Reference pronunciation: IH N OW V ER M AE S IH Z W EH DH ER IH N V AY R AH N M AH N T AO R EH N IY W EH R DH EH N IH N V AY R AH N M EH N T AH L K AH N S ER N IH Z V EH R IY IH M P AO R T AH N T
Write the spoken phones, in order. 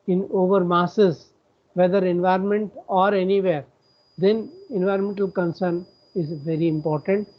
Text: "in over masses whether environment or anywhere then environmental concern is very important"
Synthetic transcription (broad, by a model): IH N OW V ER M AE S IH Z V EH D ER IH N V AY R AH N M AH N T AO R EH N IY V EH R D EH N IH N V AY R AH N M EH N T AH L K AH N S ER N IH Z V EH R IY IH M P AO R T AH N T